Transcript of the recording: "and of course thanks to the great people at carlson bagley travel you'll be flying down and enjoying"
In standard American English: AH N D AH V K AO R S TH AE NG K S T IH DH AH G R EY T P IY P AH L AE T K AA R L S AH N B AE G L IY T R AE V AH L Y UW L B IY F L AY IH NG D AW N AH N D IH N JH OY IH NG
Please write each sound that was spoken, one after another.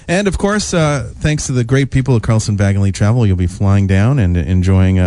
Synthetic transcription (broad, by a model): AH N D AH V K AO R S TH AE NG K S T IH DH AH G R EY T P IY P L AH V K AA R L S AH N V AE G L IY T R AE V L Y UW L B IY F L AY IH NG D AW N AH N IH N JH OY IH NG